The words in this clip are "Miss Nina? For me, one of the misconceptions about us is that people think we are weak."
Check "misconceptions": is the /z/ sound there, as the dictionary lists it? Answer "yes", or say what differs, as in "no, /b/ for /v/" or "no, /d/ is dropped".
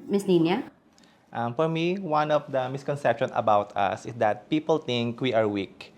no, /z/ is dropped